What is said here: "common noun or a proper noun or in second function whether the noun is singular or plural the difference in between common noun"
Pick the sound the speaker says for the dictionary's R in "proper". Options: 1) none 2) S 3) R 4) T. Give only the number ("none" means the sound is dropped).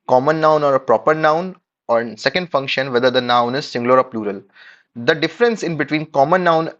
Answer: 3